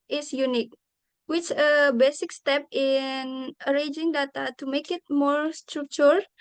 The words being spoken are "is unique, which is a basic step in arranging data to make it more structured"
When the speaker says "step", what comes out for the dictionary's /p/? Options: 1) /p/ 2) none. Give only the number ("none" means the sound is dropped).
1